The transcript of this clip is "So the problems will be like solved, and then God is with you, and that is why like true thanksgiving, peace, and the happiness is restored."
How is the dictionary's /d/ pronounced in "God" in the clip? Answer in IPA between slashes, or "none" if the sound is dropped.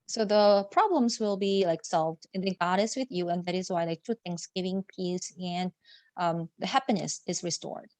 /d/